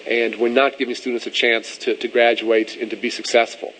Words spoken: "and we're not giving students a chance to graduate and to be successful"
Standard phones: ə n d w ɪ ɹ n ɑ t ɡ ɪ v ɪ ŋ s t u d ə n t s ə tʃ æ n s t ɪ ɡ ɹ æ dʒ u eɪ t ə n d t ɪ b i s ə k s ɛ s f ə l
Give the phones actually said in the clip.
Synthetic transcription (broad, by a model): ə n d w ɪ ɹ n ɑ t ɡ ɪ v ɪ ŋ s t u d n t s ə tʃ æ n s t ɪ ɡ ɹ æ dʒ u eɪ t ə n t ɪ b i s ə k s ɛ s f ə l